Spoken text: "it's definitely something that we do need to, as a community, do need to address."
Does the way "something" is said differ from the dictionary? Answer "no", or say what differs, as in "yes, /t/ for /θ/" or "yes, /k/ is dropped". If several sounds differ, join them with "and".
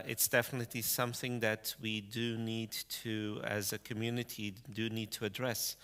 no